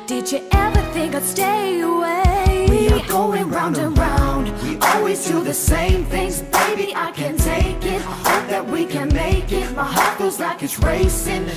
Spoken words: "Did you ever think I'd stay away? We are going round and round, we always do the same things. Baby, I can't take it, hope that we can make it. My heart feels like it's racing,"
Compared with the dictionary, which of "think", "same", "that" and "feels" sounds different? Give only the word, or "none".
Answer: feels